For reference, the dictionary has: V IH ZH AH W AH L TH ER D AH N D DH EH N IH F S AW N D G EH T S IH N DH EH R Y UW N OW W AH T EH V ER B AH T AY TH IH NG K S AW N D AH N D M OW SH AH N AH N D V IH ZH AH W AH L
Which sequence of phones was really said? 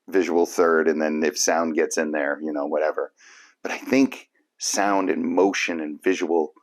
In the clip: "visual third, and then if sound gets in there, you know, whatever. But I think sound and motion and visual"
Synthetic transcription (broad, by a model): V IH ZH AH W L TH ER D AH N DH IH N IH F S AW N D G EH T S IH N DH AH R Y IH N OW W AH T EH V ER B AH T AY TH IH NG K S AW N D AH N M OW SH AH N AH N V IH ZH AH W L